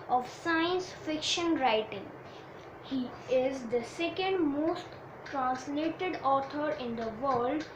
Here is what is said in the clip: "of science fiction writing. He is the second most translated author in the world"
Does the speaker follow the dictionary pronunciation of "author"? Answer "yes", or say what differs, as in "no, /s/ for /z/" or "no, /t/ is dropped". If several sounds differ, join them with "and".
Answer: no, /t/ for /θ/